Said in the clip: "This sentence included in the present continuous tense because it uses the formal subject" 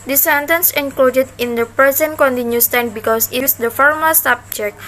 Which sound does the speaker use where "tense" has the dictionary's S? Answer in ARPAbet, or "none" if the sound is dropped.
none